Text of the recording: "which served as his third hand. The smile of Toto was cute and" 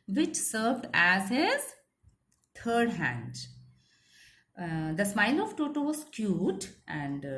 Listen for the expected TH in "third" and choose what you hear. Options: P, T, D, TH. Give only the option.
T